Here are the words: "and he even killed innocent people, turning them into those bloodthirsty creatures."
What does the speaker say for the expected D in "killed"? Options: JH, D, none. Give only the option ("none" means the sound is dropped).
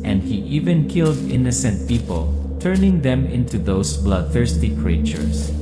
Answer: D